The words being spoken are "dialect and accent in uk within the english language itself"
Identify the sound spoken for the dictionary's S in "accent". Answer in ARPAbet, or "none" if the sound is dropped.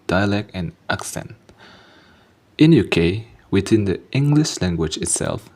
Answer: S